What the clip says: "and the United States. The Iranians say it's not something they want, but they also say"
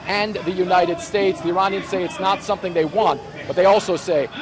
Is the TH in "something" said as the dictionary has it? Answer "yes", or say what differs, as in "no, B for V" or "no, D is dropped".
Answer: yes